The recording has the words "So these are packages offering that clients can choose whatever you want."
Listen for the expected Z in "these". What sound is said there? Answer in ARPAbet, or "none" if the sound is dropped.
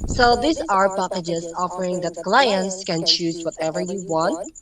S